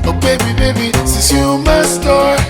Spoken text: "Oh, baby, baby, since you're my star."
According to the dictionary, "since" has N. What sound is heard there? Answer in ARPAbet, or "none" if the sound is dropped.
none